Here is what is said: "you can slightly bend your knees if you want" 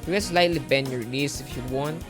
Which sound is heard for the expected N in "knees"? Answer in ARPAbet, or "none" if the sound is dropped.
L